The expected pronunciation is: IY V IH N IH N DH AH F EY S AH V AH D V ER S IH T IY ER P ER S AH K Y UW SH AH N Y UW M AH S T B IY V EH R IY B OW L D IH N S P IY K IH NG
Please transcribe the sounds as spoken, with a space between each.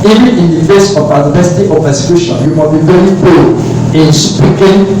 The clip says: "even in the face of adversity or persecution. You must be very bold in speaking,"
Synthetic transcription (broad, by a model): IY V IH N IH N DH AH F EY S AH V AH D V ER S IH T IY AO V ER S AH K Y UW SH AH N Y UW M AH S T B IY V EH R IY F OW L IH N S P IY K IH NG